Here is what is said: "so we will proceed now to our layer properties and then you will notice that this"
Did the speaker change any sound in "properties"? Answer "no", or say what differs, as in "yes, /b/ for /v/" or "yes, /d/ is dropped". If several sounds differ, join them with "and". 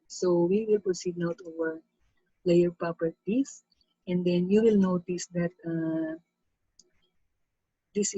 yes, /s/ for /z/